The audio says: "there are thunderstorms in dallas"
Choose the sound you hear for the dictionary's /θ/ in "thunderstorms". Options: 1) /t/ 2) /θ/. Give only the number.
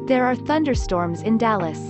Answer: 2